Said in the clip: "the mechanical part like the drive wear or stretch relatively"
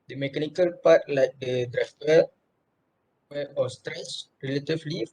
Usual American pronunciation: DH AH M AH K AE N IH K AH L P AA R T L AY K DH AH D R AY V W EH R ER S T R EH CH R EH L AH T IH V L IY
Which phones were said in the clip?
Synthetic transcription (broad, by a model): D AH M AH K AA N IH K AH L P AA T L AY K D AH D R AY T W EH W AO S T R EH CH R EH L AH T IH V L IY